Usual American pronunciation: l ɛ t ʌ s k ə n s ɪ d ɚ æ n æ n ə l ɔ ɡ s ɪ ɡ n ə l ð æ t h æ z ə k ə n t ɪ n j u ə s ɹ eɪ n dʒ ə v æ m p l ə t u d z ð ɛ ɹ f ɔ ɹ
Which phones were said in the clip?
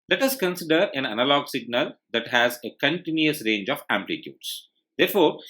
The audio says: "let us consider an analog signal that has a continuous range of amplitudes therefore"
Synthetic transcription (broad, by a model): l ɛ t ʌ s k ə n s ɪ d ɚ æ n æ n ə l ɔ ɡ s ɪ ɡ n ə l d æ t h æ z ə k ə n t ɪ n j u ə s ɹ eɪ n dʒ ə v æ m p l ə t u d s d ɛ ɹ f ɔ ɹ